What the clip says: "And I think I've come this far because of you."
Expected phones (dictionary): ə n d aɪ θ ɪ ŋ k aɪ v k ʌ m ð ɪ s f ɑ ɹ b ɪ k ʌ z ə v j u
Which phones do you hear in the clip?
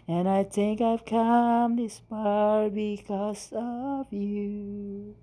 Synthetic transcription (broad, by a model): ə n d aɪ θ ɪ ŋ k aɪ v k ʌ m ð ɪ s p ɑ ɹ b ɪ k ʌ z ə v j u